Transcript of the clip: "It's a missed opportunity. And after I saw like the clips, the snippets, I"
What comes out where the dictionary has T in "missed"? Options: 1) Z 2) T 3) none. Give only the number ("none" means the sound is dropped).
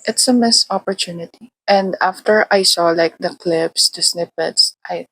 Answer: 3